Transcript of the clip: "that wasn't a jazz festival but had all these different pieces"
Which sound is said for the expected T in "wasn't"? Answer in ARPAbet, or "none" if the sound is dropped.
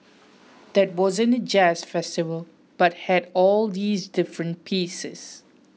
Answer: none